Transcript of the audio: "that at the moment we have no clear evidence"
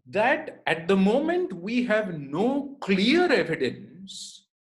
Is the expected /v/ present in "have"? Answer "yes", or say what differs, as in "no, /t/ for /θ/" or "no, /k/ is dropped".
yes